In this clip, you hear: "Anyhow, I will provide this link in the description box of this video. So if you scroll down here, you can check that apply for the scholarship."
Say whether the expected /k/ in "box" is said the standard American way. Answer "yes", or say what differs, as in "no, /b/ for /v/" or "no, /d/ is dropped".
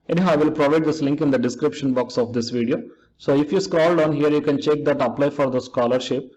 yes